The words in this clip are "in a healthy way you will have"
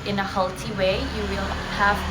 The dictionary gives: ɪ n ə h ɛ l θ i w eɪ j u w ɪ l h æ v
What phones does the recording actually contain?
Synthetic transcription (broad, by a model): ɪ n ə h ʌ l t i w eɪ j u w ɪ l h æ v